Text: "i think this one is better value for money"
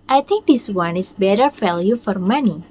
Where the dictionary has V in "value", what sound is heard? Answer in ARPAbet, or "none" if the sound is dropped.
F